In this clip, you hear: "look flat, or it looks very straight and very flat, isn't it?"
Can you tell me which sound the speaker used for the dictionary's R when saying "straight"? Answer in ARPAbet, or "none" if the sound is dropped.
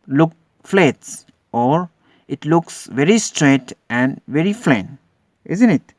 R